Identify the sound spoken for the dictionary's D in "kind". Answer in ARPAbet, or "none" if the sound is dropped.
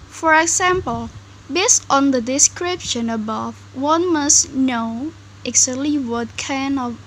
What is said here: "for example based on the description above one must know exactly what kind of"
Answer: none